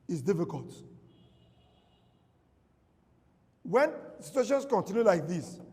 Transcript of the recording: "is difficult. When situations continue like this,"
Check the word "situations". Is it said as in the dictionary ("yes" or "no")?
no